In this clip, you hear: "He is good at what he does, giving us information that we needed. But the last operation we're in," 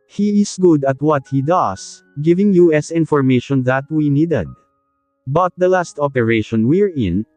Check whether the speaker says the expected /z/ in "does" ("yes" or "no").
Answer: no